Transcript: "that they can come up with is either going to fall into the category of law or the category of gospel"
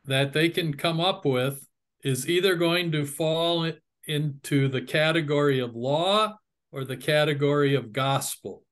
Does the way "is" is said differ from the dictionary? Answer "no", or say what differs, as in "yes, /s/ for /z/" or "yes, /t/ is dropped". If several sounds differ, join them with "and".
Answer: no